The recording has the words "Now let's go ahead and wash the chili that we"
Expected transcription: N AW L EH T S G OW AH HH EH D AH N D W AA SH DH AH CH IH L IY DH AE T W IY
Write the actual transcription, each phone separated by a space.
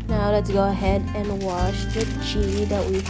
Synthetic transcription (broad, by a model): N AW L EH T S G OW AH HH EH D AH N W AA SH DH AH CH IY IY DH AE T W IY